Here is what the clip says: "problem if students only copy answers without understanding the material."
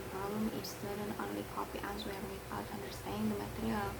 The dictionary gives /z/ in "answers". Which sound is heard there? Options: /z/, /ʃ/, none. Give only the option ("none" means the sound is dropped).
none